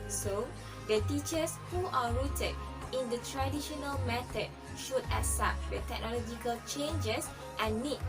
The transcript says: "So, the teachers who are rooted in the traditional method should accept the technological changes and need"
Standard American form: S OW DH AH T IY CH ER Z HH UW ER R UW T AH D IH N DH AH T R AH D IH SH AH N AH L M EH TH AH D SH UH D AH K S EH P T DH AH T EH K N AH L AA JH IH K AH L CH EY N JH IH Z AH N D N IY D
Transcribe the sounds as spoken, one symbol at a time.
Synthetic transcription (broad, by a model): S OW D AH T IY CH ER S HH UW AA R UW T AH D IH N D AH T R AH D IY SH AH N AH L M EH T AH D SH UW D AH S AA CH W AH T EH K N AH L AA JH IH K AH L CH EY N JH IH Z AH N N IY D